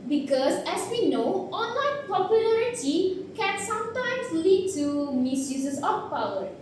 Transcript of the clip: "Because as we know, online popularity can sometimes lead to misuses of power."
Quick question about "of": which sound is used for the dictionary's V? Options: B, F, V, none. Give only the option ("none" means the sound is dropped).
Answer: F